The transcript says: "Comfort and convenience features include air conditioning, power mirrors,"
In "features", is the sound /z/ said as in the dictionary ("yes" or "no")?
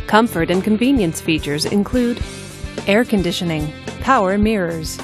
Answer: yes